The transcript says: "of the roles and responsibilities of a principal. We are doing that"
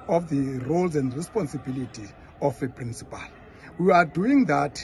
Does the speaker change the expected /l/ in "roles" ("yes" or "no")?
no